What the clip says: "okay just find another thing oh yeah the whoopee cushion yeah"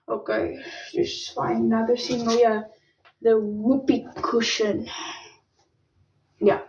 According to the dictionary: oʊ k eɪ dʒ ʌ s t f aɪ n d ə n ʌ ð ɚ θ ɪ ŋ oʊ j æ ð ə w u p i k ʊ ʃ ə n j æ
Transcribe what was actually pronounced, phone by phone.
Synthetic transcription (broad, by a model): oʊ k eɪ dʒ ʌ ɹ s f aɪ ə n ʌ ð ɚ s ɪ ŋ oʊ j æ ð ə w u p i k ʊ ʃ ə n j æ